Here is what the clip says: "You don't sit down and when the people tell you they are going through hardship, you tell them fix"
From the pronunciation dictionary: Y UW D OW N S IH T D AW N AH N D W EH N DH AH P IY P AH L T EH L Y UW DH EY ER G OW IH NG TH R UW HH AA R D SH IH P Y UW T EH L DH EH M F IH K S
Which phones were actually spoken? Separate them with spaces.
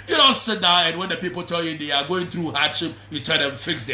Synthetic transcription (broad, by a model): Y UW D OW N S IH T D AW AH N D W EH N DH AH P IY P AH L T EH L Y UW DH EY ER G OW IH NG TH R UW HH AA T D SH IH P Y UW T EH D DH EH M F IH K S